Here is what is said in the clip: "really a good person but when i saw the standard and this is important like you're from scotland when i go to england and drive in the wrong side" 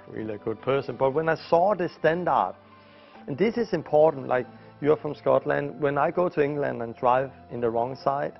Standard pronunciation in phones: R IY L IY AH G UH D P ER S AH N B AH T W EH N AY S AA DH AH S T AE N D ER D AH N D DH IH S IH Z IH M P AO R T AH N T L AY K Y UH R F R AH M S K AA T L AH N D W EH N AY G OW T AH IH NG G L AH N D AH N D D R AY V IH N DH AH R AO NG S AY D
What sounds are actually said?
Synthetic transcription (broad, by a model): R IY L IY AH G UH D P ER S AH N B AH T W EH N AY S AA DH AH S T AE N D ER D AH N DH IH S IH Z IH M P AO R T N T L AY K Y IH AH F R AH M S K AA T L AH N D W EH N AY G OW T AH IH NG G L AH N D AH N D D R AY V IH N DH AH R AO NG S AY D